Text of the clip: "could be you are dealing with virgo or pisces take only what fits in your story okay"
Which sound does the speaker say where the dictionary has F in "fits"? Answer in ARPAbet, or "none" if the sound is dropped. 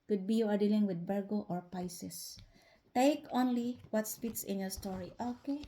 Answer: P